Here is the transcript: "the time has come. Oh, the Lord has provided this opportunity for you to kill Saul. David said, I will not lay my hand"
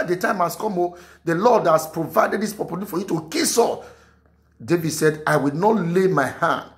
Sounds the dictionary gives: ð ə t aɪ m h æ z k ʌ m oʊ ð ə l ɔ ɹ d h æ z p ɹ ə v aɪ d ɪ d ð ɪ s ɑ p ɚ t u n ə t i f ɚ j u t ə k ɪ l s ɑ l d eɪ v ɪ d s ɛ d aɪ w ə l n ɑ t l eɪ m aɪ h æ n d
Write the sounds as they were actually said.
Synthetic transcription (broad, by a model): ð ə t aɪ m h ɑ s k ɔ m oʊ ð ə l ɔ d h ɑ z p ɹ ə v aɪ d ɪ d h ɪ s p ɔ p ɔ l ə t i f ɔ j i t ə k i s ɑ d eɪ v ɪ d s ɛ d aɪ w ə l n ɑ t l eɪ m aɪ h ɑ n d